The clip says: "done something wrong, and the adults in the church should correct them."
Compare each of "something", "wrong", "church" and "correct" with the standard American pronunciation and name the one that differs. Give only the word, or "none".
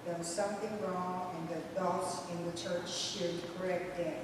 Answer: none